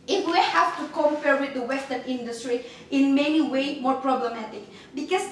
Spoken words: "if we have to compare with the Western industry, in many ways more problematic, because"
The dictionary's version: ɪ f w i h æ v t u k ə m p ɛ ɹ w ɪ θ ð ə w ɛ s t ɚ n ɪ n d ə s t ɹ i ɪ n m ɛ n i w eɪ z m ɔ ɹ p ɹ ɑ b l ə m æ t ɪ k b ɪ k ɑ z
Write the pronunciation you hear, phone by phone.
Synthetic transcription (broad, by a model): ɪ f w i h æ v t u k ə m p ɛ ɹ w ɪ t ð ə w ɛ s t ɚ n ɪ n d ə s t ɹ i ɪ n m ɛ n i w eɪ m ɔ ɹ p ɹ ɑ b l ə m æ t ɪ k b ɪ k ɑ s